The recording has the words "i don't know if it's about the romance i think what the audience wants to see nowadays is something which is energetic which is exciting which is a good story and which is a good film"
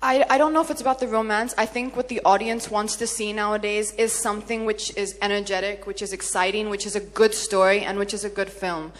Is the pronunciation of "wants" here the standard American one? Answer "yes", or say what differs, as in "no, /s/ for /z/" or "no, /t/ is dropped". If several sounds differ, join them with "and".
yes